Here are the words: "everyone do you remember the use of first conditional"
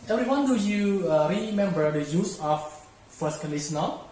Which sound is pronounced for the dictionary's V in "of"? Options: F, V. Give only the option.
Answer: F